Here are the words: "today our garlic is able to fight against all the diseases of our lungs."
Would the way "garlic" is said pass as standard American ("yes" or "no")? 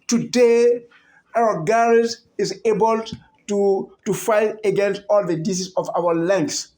no